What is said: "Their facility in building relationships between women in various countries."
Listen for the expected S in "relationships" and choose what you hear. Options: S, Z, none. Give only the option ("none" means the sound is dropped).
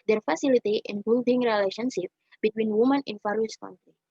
none